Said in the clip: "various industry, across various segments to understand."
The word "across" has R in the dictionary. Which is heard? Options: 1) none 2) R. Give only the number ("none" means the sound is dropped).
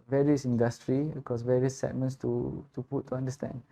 1